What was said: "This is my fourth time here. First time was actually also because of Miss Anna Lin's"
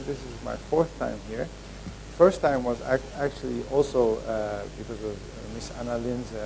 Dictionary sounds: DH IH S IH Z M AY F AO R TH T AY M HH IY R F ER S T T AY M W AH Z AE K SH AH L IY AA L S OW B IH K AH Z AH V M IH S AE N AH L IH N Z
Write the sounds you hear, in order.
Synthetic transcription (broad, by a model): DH IH S IH Z M AY F AO R TH T AY M HH IY R F ER S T T AY M W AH Z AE K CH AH L IY AA L S OW B IH K AH Z AH V M IH S AE N AH L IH N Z